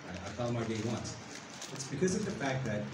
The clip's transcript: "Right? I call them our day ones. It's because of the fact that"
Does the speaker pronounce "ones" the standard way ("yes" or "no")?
no